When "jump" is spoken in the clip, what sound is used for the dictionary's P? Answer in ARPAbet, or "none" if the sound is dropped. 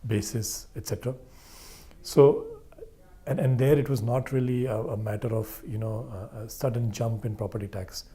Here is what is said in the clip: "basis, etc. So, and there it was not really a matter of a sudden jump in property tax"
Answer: P